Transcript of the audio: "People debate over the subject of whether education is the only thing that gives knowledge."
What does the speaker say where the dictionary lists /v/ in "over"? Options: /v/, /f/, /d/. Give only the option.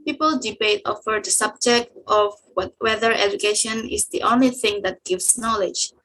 /f/